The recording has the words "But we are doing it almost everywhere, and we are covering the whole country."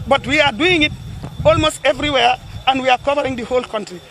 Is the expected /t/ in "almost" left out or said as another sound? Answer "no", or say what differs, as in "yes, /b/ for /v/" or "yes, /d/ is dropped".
no